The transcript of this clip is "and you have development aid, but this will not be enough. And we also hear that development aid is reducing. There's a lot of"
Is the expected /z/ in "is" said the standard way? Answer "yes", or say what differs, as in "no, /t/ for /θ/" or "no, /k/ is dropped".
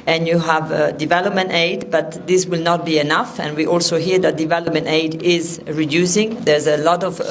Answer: yes